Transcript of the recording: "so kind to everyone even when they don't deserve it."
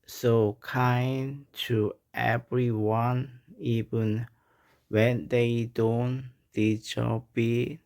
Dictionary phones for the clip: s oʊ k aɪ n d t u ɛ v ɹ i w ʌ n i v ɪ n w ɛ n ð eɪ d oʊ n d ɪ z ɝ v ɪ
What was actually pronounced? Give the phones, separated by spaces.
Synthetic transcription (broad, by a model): s oʊ k aɪ n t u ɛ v ɹ i w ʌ n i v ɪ n w ɛ n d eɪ d oʊ n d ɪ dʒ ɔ b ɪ